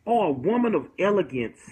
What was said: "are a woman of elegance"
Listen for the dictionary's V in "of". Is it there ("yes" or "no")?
yes